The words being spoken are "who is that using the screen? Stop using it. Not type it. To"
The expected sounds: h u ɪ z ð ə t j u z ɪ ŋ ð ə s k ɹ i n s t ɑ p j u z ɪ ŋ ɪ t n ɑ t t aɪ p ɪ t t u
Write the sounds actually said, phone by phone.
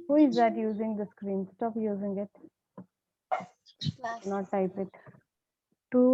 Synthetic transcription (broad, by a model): h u ɪ z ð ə t j u z ɪ ŋ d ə s k ɹ i n s t ɑ p j u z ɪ ŋ ɪ t n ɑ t t aɪ p ɪ t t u